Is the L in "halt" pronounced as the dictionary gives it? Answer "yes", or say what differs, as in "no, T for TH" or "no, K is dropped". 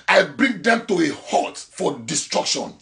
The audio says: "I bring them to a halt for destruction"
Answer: no, L is dropped